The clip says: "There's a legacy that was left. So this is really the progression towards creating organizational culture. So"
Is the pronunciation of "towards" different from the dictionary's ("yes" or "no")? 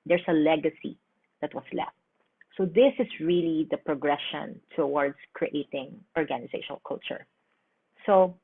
yes